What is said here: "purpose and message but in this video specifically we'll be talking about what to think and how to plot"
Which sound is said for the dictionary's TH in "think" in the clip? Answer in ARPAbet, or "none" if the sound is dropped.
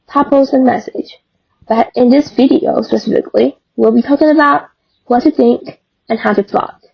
TH